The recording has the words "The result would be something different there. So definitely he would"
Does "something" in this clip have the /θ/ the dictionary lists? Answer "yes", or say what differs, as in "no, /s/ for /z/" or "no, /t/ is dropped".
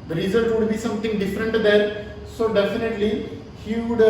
no, /t/ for /θ/